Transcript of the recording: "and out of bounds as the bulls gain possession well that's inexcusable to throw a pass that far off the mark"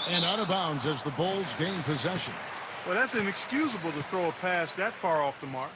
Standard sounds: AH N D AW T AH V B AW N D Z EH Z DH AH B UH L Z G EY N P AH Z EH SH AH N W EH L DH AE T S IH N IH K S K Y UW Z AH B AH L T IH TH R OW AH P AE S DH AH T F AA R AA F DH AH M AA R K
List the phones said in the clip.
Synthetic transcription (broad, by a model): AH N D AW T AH B AW N D Z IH Z DH AH B UH L Z G EY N P AH Z EH SH AH N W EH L DH AE T S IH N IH K S K Y UW Z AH B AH L T IH TH R OW AH P AE S DH AH T F AA R AA F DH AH M AA R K